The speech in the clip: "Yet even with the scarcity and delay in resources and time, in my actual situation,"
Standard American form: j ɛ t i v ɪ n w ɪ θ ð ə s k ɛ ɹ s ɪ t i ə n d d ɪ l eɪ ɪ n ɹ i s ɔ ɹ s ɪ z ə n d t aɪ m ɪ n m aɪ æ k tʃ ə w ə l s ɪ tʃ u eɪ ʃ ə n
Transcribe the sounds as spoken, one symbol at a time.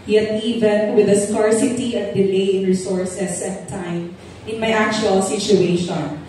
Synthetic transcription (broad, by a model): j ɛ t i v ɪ n w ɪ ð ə s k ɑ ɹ s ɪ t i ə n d d ɪ l eɪ ɪ n ɹ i s ɔ ɹ s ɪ s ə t t aɪ m ɪ n m aɪ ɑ k tʃ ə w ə l s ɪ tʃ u eɪ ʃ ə n